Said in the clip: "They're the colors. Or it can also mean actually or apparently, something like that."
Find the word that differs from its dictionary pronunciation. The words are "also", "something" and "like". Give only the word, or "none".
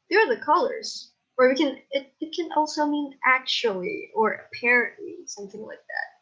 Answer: like